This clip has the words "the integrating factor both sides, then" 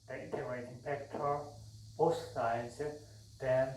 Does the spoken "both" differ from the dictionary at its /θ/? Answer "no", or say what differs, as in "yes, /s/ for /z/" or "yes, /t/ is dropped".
yes, /s/ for /θ/